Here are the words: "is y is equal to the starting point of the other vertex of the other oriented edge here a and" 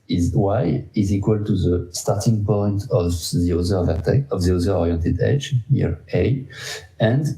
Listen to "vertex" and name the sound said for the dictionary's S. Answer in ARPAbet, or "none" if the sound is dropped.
none